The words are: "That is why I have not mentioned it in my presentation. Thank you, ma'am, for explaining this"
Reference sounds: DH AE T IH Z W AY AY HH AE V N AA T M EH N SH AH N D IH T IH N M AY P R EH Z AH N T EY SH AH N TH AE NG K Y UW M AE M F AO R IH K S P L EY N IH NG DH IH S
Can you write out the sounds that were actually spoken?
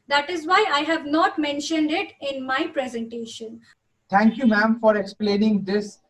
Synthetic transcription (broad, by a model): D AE T IH Z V AY AY HH AE V N AA T M EH N SH AH N D IH T IH N M AY P R EH Z AH N T EY SH AH N T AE NG K Y UW M AE M F AO R IH K S P L EY N IH NG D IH S